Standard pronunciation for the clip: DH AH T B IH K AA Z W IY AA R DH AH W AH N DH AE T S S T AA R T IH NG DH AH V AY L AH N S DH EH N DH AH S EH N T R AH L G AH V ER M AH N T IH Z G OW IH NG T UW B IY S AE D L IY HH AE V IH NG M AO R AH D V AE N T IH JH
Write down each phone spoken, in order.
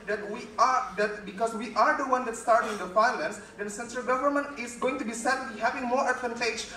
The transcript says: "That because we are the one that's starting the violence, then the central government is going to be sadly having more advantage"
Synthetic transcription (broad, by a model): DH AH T B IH K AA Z W IY AA R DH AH W AH N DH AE T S S T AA R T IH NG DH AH F AY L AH N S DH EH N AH S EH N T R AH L G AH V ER M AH N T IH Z G OW IH NG T UW B IY S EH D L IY HH AE V IH NG M AO R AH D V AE N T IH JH